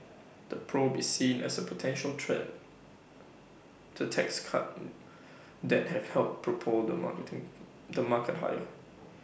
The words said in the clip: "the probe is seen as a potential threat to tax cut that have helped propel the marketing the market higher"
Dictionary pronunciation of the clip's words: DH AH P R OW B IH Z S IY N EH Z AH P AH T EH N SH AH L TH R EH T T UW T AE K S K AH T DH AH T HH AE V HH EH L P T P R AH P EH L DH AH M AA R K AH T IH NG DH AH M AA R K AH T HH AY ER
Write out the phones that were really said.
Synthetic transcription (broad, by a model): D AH P R OW B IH S IY N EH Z AH P AH T EH N SH AH L T R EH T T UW T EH K S K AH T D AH T HH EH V HH EH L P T P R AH P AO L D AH M AA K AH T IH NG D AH M AA K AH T HH AY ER